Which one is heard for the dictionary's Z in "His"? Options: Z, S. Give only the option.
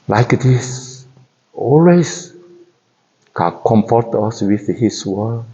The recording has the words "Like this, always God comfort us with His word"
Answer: S